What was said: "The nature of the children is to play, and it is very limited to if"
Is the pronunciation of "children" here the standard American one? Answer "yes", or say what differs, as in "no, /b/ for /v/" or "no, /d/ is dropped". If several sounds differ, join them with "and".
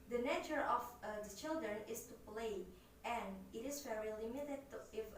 yes